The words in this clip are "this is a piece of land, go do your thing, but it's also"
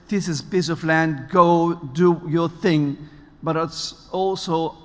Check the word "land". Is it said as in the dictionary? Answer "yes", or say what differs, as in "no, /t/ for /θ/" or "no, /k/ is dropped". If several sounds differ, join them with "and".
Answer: yes